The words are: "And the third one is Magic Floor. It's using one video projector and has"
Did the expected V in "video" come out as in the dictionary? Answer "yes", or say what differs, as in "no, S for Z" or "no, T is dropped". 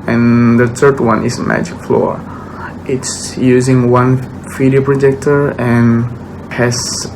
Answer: no, F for V